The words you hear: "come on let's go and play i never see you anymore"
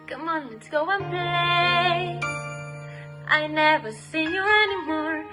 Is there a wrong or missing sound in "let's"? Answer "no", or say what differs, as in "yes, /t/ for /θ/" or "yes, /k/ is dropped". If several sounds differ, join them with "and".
yes, /s/ is dropped